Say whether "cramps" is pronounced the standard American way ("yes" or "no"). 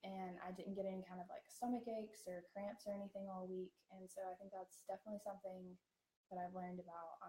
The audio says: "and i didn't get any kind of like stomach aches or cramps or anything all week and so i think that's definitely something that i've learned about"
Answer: yes